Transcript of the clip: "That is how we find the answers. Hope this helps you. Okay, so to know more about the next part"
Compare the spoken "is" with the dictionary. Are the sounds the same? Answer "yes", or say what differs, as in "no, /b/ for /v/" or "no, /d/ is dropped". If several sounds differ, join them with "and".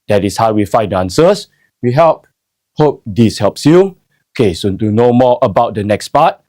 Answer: no, /s/ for /z/